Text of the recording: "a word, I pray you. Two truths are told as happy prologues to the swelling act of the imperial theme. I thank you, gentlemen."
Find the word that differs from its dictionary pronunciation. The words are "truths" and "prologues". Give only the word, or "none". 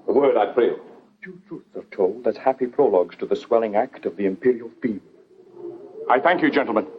none